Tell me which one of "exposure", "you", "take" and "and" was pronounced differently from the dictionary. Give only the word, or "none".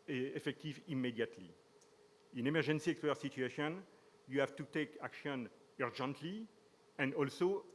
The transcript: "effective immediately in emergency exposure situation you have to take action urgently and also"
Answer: exposure